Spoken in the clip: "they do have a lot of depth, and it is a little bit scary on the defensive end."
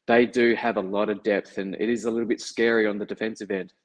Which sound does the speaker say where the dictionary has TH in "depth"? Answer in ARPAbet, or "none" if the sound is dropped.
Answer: TH